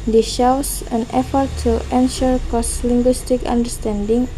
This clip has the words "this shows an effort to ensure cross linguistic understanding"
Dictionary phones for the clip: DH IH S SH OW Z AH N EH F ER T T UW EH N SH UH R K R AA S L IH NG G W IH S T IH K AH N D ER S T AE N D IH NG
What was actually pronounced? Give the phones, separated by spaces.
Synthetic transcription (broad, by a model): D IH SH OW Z AH N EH F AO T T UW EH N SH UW R K AA S L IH NG G W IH S T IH K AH N D ER S T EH N D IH NG